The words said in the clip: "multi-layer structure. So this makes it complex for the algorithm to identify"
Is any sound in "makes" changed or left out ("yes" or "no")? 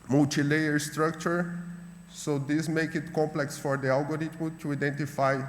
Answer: yes